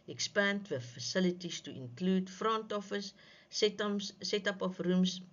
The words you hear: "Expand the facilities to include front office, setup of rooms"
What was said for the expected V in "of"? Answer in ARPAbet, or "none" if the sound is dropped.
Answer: F